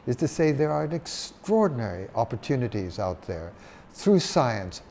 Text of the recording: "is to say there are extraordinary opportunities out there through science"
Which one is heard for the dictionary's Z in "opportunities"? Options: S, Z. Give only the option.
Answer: Z